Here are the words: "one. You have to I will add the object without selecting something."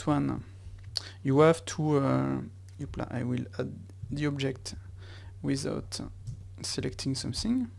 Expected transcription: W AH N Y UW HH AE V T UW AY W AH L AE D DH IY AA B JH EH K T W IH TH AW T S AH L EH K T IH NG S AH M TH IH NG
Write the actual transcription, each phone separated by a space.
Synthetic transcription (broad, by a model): W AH N Y UW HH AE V T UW AY W AH L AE D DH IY AA B JH EH K T W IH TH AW T S AH L EH K T IH NG S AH M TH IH NG